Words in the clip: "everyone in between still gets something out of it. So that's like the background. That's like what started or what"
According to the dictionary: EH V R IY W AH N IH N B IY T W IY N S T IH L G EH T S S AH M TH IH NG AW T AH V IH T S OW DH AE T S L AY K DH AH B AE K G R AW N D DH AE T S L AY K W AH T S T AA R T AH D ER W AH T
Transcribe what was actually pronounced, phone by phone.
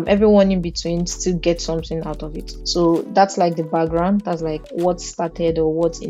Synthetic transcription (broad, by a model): EH V R IY W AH N IH N B IY T W IY N S T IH L G EH T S S AH M TH IH NG AW T AH V IH T S OW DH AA T S L AY K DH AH B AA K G R AW N D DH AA T S L AY K W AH T S T AA T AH D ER W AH T